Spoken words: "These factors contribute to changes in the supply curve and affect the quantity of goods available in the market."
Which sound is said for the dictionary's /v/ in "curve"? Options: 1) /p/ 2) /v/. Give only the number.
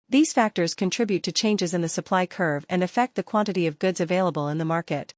2